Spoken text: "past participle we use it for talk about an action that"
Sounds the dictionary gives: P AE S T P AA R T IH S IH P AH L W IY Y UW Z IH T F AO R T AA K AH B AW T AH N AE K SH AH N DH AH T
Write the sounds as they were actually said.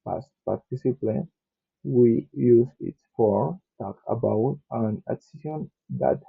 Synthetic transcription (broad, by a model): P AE S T P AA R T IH S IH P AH N W IY Y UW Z IH T F AO R T AA K AH B AW T AH N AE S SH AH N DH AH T